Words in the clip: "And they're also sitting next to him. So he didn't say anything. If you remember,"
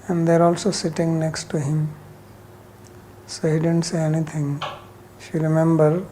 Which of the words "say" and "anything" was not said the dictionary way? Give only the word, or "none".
anything